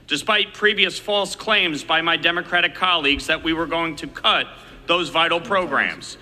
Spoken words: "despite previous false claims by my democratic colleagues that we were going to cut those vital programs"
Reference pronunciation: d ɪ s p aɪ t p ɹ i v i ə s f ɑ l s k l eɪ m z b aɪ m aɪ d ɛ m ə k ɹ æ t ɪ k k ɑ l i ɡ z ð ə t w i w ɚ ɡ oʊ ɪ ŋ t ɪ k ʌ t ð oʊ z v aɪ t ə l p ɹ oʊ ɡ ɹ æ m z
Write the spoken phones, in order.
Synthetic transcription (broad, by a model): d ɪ s p aɪ t p ɹ i v i ə s f ɑ l s k l eɪ m z b aɪ m aɪ d ɛ m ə k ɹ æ t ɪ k k ɑ l i ɡ z ð ə t w i w ɚ ɡ oʊ ɪ ŋ t ɪ k ʌ t ð oʊ z v aɪ t l p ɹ oʊ ɡ ɹ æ m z